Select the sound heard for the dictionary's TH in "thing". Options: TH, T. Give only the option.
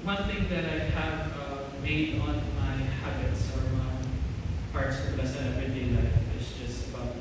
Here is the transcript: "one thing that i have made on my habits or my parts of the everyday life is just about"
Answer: TH